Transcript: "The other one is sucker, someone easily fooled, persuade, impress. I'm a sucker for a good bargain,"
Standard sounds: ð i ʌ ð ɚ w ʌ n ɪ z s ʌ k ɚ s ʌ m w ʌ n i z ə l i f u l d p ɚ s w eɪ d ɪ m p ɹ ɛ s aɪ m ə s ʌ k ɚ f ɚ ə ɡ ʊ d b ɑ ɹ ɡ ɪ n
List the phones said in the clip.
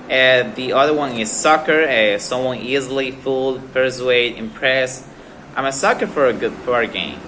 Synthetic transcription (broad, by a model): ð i ʌ ð ɚ w ʌ n ɪ z s ʌ k ɚ s ʌ m w ʌ n i z l i f u l d p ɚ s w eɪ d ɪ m p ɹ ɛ s aɪ m ə s ʌ k ɚ f ɚ ə ɡ ʊ d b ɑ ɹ ɡ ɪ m